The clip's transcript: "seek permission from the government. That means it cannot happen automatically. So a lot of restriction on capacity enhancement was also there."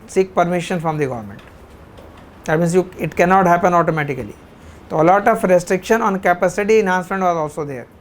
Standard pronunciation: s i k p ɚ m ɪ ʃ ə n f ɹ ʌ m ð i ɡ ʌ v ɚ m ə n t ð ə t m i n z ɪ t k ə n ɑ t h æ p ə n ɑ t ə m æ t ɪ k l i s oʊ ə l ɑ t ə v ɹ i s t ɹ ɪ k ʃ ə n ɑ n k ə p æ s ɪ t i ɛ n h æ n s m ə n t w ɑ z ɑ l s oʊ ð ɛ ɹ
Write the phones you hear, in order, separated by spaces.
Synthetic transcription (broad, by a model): s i k p ɚ m ɪ ʃ ə n f ɹ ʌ m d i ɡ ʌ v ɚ m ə n t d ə t m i n s ɪ t k ə n ɑ t h æ p ə n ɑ t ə m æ t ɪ k l i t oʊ l ɑ t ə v ɹ i s t ɹ ɪ k ʃ ə n ɑ n k ə p æ s ɪ t i n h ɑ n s ə n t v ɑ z ɑ l s oʊ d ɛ ɹ